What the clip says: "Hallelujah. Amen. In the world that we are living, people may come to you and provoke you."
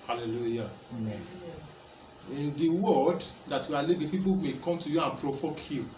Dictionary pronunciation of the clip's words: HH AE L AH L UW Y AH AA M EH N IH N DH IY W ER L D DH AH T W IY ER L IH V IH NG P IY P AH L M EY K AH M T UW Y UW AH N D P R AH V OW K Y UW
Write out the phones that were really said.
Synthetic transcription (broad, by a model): HH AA L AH L UW Y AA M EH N IH N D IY W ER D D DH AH T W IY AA L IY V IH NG P IY P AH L M EY K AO M T UW Y UW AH N P R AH F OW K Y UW